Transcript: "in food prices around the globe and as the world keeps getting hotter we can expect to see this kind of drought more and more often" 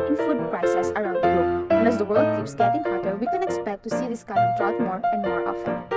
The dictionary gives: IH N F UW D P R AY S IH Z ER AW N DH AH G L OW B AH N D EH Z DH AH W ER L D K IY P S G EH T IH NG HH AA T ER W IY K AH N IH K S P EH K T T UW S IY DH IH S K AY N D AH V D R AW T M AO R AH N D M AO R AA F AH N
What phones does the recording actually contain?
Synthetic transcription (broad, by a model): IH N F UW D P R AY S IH S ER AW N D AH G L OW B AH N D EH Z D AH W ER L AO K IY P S G EH T IH NG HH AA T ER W IY K AH N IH K S P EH K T T UW S IY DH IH S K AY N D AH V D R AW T M AO R AH N D M AO R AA F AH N